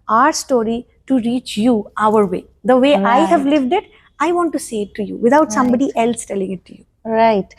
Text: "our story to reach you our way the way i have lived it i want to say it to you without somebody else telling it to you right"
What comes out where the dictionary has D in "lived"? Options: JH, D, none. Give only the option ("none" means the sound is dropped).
D